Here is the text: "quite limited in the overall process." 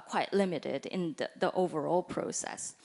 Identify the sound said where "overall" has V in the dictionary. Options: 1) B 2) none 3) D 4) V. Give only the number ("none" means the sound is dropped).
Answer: 4